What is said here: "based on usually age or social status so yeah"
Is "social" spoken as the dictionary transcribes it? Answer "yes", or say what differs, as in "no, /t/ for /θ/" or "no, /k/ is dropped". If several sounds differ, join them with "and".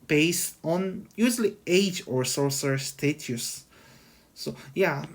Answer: no, /s/ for /ʃ/